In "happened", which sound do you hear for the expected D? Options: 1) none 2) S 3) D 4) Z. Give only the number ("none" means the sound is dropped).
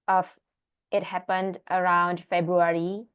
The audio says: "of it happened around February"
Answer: 3